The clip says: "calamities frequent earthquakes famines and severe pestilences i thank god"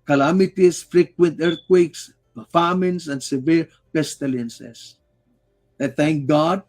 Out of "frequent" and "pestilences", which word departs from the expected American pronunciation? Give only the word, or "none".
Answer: pestilences